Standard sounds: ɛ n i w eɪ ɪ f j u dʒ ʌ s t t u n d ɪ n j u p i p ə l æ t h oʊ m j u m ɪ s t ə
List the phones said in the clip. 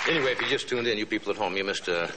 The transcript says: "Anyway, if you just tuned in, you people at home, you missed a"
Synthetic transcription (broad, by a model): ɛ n i w eɪ ɪ f j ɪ dʒ ʌ s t t u n d ɪ n j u p i p l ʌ t h oʊ m j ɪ m ɪ s t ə